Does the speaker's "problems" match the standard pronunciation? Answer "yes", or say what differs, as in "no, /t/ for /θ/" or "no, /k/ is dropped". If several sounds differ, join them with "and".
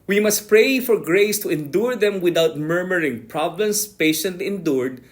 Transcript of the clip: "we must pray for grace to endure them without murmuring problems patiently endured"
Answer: no, /s/ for /z/